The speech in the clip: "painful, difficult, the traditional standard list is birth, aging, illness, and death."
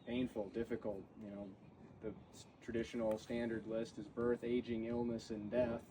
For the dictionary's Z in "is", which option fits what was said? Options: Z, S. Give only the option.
Z